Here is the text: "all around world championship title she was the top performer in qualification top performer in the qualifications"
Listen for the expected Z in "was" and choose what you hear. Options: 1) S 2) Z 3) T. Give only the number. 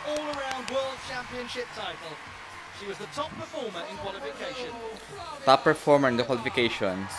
2